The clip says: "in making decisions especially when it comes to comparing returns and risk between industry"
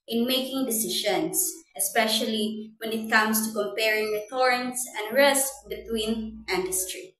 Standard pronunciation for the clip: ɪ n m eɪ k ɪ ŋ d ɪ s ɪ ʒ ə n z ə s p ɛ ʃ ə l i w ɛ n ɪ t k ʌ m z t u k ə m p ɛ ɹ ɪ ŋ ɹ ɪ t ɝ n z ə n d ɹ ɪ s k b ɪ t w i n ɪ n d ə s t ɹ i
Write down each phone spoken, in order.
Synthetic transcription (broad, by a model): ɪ n m eɪ k ɪ ŋ d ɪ s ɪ ʃ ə n s ə s p ɛ ʃ ə l i w ɛ n ɪ t k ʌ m s t u k ə m p ɛ ɹ ɪ ŋ w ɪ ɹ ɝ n s ə n d ɹ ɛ s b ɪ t w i n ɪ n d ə s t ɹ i